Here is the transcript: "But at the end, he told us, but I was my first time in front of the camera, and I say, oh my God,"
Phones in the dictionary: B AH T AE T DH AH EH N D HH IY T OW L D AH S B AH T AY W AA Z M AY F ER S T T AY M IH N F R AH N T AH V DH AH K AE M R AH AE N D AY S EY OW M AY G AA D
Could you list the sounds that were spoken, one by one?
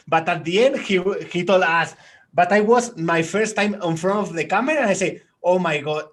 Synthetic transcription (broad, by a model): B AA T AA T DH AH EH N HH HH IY T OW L AA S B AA T AY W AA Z M AY F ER S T T AY M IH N F R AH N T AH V DH AH K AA M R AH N AY S EY OW M AY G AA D